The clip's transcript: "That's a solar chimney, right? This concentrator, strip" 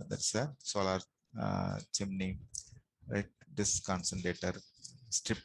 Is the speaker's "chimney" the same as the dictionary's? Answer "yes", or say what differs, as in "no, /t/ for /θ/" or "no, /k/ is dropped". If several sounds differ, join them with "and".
yes